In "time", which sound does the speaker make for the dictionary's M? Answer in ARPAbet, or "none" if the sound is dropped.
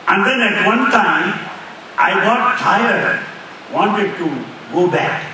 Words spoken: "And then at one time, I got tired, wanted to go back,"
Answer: none